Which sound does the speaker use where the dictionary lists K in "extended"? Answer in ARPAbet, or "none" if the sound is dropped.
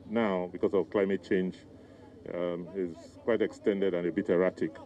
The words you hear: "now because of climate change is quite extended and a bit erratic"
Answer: K